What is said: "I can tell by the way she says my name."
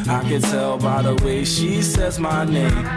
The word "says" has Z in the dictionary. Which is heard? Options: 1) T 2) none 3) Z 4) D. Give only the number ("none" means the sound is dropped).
3